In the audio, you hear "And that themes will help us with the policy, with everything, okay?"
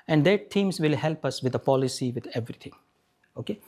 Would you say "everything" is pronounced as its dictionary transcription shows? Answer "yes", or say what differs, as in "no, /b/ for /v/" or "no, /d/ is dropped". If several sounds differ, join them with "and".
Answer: no, /t/ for /θ/